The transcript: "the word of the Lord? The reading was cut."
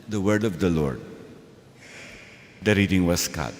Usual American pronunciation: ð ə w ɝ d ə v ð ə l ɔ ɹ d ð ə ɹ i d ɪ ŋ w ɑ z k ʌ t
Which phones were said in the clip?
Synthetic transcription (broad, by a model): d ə w ɝ d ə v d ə l ɔ ɹ d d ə ɹ i d ɪ ŋ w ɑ s k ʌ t